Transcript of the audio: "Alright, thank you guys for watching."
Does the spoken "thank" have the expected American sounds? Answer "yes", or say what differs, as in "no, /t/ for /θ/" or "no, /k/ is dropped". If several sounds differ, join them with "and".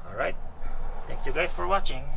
no, /t/ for /θ/